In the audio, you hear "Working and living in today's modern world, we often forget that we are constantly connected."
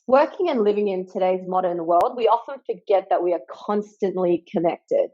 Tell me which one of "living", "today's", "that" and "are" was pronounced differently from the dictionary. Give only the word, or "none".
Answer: none